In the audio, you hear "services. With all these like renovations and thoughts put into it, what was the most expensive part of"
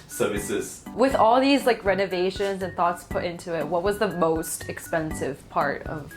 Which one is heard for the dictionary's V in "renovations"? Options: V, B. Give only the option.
V